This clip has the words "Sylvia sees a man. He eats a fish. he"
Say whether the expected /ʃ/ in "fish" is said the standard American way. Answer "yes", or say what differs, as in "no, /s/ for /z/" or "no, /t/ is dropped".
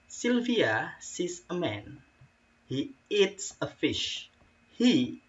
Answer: yes